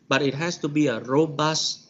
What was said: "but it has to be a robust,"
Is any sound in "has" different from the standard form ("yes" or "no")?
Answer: yes